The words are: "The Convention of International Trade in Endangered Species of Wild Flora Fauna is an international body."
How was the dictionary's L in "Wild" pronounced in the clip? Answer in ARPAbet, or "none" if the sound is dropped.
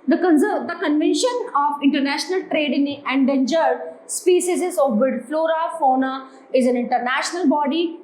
none